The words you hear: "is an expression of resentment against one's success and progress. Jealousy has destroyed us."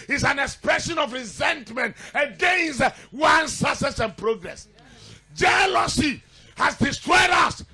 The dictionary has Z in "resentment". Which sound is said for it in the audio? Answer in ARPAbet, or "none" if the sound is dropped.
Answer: Z